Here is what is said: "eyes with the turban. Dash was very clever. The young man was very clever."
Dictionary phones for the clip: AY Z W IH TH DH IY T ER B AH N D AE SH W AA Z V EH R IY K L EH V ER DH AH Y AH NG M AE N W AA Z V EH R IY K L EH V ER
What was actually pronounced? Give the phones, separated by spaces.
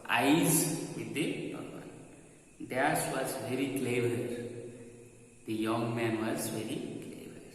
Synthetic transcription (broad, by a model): AY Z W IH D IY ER AH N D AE S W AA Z V EH R IY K L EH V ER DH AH Y AH NG M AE N W AA Z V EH R IY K L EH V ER